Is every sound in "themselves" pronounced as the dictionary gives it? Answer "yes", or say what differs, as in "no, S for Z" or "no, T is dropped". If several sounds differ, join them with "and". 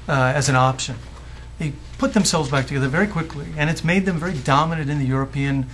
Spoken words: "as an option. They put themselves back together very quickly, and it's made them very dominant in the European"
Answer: yes